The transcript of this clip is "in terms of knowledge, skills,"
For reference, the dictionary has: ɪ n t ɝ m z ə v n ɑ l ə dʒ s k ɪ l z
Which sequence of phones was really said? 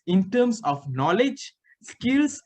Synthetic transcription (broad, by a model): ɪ n t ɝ m s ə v n ɑ l ə dʒ s k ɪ l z